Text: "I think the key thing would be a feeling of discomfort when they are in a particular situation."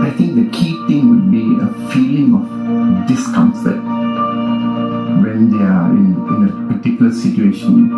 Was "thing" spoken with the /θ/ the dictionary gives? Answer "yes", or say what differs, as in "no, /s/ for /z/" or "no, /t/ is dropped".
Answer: no, /t/ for /θ/